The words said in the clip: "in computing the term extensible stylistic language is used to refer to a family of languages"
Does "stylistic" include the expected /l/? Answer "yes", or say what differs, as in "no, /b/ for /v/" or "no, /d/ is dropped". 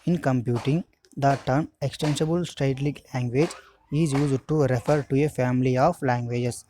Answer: no, /l/ is dropped